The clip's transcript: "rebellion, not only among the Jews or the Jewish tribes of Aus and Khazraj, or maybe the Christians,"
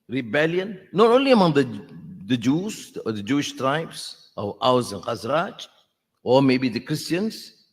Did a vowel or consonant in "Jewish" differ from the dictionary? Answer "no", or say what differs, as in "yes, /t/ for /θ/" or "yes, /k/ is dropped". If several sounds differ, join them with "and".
no